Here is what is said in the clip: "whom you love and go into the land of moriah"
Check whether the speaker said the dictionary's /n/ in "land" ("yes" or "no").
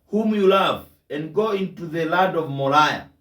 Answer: no